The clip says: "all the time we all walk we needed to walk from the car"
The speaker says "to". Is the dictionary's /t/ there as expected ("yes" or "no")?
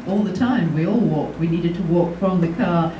yes